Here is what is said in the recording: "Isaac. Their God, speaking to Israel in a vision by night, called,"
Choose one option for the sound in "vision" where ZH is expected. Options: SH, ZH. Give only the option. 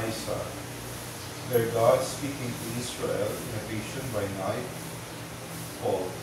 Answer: SH